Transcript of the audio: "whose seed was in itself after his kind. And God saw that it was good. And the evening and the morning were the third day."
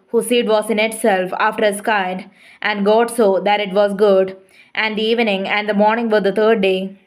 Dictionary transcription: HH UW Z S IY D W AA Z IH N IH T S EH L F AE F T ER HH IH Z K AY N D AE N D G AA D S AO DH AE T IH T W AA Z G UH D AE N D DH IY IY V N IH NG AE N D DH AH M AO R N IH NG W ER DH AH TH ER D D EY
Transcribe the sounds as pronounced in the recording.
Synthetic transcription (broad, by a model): HH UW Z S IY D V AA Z IH N IH T S EH L F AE F T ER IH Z K AY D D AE N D G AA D S AO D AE T IH T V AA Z G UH D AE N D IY IY V N IH NG AE N D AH M AO R N IH NG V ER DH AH T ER D D EY